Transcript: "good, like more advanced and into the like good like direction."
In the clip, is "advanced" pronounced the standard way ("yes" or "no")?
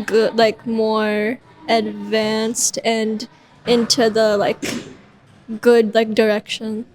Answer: yes